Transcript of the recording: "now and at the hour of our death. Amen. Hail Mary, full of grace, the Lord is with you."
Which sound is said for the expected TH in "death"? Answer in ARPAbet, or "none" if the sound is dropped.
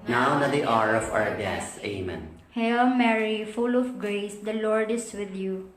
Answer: S